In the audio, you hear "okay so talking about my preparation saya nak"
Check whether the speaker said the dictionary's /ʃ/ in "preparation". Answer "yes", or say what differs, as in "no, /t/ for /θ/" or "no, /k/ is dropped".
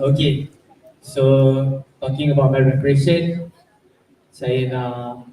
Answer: no, /s/ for /ʃ/